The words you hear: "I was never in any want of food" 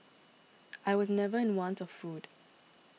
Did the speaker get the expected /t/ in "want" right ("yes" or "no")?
yes